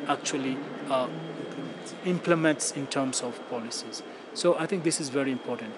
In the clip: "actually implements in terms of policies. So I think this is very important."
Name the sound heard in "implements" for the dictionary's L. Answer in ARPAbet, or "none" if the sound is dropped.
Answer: L